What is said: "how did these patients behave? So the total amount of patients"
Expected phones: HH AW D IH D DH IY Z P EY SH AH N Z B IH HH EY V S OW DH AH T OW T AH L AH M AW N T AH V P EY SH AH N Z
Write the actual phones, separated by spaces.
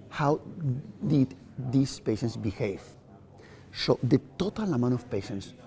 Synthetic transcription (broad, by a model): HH AW D IH D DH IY S P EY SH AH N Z B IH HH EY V S OW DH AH T OW T AH L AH M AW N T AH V P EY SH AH N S